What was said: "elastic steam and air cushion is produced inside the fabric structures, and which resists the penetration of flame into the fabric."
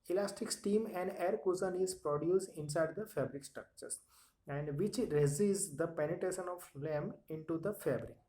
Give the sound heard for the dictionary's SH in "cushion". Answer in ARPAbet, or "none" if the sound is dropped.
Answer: S